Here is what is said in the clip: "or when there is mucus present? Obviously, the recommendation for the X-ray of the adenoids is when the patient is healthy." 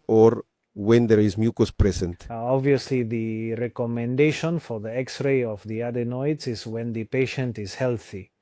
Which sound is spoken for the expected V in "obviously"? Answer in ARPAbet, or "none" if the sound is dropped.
V